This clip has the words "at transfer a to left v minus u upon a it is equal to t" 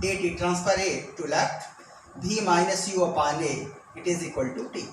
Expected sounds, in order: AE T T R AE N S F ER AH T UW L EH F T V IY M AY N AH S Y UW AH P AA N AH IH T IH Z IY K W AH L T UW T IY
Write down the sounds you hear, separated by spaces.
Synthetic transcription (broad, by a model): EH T T R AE N S P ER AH T UW L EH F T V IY M AY N AH S Y UW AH P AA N AH IH T IH Z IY K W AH L T UW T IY